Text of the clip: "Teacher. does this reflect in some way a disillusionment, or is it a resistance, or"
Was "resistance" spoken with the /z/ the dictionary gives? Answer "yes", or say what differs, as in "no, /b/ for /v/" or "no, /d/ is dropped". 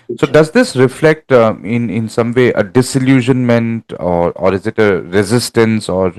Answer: yes